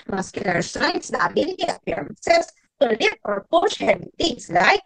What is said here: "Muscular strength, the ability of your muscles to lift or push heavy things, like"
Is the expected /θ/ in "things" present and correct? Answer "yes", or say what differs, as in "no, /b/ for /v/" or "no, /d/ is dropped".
no, /t/ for /θ/